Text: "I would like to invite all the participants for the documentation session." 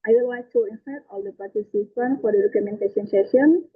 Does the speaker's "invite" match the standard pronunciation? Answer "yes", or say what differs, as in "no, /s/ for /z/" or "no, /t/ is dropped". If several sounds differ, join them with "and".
no, /f/ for /v/